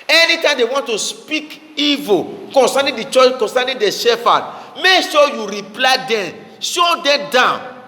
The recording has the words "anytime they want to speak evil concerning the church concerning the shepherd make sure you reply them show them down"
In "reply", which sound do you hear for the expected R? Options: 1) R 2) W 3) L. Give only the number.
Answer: 1